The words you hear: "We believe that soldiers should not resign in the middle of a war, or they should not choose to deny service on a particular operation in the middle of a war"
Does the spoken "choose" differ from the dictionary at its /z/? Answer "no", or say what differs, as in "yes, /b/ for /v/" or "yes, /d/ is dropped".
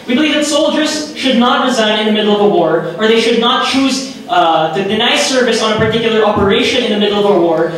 no